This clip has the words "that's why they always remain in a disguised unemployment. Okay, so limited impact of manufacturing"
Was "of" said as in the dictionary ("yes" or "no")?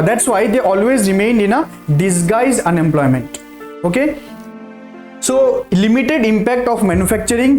no